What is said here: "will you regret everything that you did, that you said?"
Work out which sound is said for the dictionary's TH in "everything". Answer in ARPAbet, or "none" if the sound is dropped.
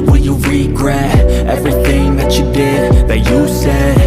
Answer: TH